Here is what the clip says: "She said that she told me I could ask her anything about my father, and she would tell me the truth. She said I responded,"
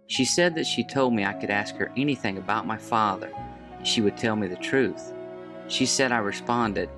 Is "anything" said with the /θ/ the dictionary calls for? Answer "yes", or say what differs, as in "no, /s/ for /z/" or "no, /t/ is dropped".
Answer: yes